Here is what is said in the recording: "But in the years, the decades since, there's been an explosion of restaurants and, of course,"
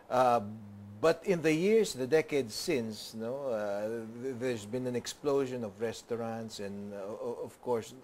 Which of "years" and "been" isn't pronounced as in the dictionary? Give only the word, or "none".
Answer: years